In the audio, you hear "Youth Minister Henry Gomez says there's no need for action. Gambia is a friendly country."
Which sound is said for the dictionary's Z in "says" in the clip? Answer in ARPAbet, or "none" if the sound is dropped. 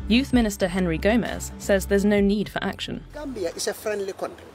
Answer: Z